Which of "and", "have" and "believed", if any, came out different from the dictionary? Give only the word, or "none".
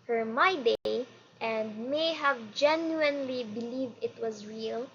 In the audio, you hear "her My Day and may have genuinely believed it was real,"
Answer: none